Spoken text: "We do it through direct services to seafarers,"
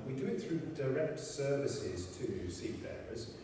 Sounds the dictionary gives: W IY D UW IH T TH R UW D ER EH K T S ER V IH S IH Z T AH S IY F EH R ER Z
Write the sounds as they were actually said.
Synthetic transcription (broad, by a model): W IY D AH IH T TH R UW D ER EH K T S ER V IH S IH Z T AH S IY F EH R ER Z